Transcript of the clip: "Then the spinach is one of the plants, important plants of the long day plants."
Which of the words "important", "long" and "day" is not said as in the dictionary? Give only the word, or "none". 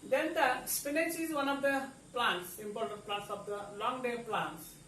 important